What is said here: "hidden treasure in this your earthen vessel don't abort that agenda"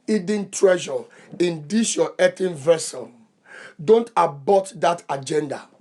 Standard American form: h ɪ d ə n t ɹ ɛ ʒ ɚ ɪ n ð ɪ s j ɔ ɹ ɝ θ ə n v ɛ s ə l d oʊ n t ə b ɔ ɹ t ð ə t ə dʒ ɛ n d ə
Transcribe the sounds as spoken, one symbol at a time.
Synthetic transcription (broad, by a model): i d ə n t ɹ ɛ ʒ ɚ ɪ n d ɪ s j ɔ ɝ t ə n v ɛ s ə n d oʊ n t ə b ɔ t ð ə t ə dʒ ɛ n d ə